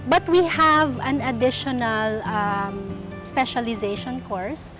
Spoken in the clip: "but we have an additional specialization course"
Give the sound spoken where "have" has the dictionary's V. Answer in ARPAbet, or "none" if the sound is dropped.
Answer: V